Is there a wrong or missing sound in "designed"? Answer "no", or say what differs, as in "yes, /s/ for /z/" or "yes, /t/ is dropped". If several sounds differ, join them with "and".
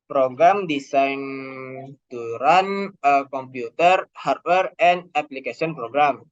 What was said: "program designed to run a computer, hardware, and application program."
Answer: yes, /s/ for /z/